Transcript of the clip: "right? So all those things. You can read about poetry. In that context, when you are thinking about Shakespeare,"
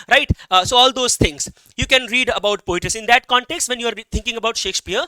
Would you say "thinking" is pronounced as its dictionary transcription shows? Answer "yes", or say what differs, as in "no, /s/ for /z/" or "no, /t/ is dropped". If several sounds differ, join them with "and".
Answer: no, /t/ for /θ/